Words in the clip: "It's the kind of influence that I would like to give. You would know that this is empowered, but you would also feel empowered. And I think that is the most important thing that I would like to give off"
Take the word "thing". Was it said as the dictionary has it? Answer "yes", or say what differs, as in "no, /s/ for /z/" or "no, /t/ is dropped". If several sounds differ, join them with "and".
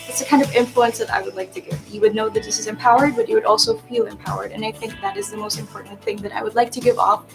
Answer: yes